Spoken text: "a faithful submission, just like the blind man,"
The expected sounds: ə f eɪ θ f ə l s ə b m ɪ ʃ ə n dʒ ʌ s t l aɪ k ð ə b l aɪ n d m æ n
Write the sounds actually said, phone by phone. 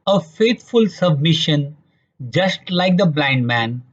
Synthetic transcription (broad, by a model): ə f eɪ t f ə l s ə b m ɪ ʃ ə n dʒ ʌ s t l aɪ k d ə b l aɪ n d m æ n